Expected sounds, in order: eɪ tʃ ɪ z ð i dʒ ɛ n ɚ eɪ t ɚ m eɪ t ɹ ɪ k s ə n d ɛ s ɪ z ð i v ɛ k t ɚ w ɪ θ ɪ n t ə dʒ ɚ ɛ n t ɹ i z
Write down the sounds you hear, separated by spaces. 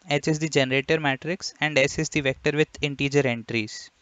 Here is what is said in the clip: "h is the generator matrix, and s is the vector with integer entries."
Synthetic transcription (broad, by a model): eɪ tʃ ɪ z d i dʒ ɛ n ɚ eɪ t ɚ m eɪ t ɹ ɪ k s ə n d ɛ s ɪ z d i v ɛ k t ɚ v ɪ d ɪ n t ə dʒ ɚ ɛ n t ɹ i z